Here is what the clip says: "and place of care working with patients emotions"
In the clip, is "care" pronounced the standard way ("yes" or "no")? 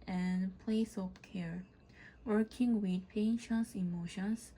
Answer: yes